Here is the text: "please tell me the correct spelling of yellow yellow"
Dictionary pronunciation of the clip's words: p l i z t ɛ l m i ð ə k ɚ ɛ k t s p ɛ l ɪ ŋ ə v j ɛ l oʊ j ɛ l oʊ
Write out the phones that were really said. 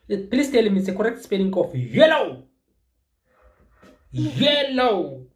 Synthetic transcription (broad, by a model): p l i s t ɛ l m i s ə k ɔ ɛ k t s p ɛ n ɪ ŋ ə f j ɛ l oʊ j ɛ l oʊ